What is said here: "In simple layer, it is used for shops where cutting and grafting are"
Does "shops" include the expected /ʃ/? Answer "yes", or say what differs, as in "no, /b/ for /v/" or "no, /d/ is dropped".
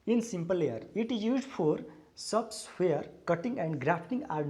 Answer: no, /s/ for /ʃ/